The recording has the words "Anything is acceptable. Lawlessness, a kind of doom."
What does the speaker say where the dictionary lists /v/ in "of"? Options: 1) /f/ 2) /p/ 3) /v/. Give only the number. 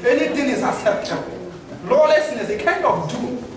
1